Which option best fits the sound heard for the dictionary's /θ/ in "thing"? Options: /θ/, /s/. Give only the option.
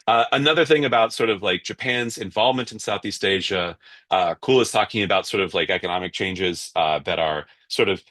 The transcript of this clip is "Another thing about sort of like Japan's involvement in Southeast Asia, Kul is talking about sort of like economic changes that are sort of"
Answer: /θ/